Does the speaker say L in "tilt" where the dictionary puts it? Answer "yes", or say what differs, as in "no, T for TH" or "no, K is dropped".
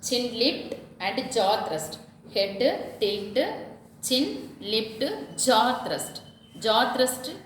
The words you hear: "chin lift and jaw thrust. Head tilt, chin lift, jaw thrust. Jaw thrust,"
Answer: no, L is dropped